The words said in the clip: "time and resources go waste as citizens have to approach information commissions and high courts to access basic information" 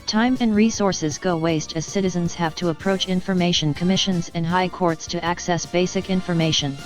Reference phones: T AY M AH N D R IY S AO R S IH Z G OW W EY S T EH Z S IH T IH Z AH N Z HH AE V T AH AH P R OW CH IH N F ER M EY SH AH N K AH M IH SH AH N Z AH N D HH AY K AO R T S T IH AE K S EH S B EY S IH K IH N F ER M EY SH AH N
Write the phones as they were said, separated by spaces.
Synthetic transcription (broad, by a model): T AY M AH N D R IY S AO R S IH Z G OW W EY S T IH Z S IH T IH Z AH N Z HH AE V T AH AH P R OW CH IH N F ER M EY SH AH N K AH M IH SH AH N Z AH N HH AY K AO R T S T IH AE K S EH S B EY S IH K IH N F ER M EY SH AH N